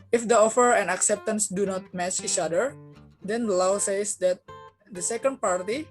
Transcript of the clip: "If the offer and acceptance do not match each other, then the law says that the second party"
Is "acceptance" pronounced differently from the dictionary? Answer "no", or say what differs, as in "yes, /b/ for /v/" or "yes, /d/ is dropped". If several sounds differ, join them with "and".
no